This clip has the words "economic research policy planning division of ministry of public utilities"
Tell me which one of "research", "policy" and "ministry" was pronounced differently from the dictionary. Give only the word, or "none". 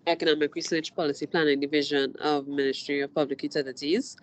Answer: research